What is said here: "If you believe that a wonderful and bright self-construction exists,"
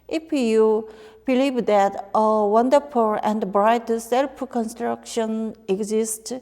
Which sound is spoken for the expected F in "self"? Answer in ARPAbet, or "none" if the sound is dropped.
P